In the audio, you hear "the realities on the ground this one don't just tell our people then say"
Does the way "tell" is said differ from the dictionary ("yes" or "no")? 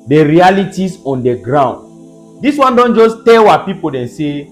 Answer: yes